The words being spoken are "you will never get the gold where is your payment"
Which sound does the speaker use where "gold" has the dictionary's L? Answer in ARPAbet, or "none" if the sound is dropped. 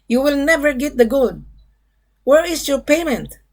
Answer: none